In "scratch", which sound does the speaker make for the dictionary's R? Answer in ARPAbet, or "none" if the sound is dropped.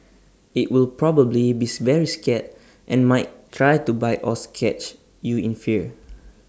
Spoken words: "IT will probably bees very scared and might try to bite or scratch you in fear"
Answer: none